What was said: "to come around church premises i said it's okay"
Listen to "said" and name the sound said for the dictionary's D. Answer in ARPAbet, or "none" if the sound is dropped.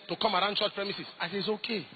none